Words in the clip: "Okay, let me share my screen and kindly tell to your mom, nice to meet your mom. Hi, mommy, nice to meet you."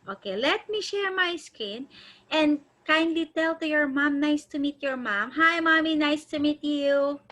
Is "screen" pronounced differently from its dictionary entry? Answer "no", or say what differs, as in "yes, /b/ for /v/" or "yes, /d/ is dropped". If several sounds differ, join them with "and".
yes, /ɹ/ is dropped